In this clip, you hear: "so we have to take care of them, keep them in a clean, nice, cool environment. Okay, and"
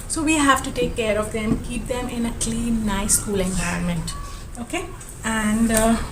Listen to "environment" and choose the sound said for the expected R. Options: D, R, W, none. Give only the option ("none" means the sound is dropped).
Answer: none